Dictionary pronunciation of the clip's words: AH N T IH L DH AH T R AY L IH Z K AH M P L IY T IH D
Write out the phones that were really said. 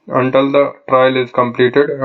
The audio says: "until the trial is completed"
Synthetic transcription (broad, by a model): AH N T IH L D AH T R AY L IH Z K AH M P L IY T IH D